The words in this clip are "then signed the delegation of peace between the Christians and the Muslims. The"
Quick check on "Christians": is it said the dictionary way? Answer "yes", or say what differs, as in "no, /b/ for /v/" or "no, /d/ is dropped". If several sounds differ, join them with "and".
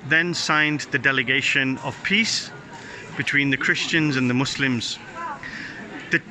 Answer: yes